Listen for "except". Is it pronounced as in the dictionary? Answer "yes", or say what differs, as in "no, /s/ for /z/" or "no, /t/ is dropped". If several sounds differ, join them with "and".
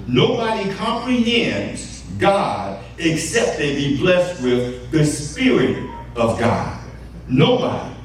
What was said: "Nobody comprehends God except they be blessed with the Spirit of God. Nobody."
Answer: yes